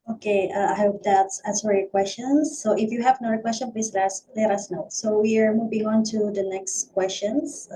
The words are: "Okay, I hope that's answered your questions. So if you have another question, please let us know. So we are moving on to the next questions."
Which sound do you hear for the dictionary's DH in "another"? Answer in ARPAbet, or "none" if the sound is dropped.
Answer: none